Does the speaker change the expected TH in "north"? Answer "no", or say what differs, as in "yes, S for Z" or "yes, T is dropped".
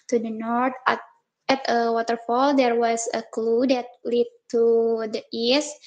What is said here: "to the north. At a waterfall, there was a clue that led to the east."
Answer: yes, T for TH